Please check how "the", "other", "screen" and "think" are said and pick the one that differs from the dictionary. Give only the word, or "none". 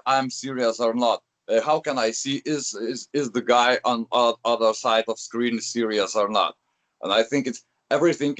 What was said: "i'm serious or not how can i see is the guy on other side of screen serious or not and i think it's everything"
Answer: none